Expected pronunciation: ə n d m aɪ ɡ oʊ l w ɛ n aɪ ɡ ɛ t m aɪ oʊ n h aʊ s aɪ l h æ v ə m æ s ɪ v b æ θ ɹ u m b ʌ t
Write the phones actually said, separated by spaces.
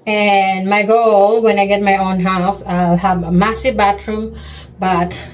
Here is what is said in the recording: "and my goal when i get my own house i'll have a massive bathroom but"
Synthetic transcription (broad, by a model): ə n m aɪ ɡ oʊ l w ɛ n aɪ ɡ ɛ t m aɪ oʊ n h aʊ s aɪ l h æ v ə m æ s ɪ v b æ t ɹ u m b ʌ t